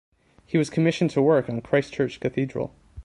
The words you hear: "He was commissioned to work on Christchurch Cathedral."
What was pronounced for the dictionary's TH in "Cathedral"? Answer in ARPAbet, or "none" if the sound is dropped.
TH